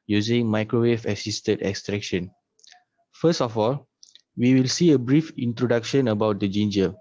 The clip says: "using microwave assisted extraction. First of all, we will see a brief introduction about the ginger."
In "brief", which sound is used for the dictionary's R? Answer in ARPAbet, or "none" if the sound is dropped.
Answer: R